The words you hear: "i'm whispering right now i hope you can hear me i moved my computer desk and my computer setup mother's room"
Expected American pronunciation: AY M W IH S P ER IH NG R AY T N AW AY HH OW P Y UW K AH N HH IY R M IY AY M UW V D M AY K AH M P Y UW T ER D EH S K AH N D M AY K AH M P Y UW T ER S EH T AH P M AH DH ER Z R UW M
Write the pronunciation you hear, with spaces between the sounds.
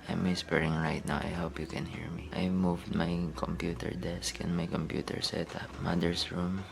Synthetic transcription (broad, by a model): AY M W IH S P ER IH NG R AY T N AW AY HH OW P Y UW K AH N HH IY R M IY AY M UW V D M AY K AH M P Y UW T ER D EH S K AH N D M AY K AH M P Y UW T ER S EH T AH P M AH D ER S R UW M